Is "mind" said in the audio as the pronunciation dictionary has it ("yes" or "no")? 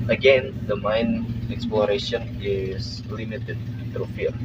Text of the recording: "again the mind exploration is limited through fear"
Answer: no